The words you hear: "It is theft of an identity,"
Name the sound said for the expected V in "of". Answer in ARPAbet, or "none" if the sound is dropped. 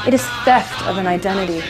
V